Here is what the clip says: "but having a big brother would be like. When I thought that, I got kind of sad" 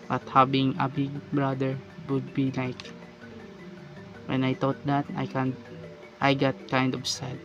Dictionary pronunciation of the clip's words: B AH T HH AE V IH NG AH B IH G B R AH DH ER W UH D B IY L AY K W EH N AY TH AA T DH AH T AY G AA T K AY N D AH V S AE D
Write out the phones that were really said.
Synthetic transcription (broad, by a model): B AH T HH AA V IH NG AH B IH G B R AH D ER W UH D B IY L AY K W EH N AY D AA T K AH T AY G AA T K AY N D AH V S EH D